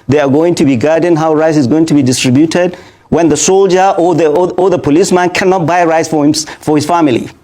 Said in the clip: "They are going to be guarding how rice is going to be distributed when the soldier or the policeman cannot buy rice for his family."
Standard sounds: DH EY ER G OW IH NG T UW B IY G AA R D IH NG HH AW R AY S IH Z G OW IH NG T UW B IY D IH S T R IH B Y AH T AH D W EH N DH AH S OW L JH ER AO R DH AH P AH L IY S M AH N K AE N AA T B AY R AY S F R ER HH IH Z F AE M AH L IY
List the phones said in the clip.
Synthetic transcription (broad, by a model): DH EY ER G OW IH NG T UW B IY G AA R D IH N HH AW R AY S IH Z G OW IH NG T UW B IY D IH S T R IH B Y AH T AH D W EH N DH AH S OW L JH ER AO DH DH AH P AH L IY S M AH N K AE N AA T B AY R AY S F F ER HH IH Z F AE M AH L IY